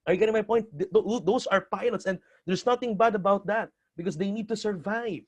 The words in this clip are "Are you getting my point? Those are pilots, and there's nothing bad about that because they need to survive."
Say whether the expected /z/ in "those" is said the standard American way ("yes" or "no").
no